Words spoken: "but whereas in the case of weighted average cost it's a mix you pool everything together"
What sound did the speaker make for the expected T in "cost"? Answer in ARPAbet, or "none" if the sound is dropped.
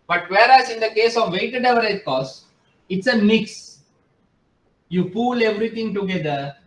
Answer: none